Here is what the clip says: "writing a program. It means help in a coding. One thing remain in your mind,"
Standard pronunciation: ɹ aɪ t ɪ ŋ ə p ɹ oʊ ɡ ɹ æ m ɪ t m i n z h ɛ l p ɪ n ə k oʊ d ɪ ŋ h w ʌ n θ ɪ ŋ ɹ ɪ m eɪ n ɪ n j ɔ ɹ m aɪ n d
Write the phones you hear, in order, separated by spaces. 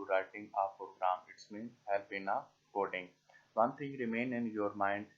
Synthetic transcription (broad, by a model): ɹ aɪ t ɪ ŋ ə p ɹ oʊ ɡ ɹ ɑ m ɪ t m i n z h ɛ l b ɪ n ə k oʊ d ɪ ŋ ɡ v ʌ n t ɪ ŋ ɹ ɪ m eɪ n ɪ n j ɔ ɹ m aɪ n d